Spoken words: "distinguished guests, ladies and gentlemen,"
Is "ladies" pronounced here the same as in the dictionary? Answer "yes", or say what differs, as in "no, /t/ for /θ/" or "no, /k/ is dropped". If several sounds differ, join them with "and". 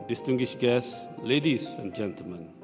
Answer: no, /s/ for /z/